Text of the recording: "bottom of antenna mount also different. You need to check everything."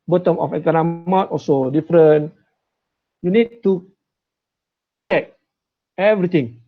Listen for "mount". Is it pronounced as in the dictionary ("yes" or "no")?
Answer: no